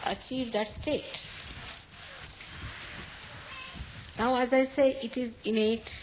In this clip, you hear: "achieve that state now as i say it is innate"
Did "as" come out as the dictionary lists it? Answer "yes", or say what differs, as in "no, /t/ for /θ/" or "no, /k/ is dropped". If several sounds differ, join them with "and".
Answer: yes